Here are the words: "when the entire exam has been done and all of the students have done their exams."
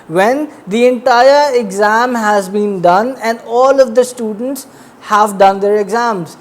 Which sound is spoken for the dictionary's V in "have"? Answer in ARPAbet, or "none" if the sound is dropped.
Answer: V